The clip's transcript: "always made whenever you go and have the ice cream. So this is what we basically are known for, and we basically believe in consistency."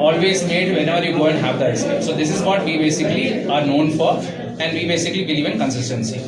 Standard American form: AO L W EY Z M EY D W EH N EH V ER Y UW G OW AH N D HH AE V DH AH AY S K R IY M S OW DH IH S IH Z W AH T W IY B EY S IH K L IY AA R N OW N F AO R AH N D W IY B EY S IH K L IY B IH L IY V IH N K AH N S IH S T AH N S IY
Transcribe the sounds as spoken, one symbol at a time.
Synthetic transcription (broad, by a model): AO L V EY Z M EY D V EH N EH V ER Y UW G OW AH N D HH AE V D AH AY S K AH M S OW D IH S IH Z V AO T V IY B EY S IH K L IY AA R N OW N F AO R AH N D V IY B EY S IH K L IY B IH L IY V IH N K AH N S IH S T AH N S IY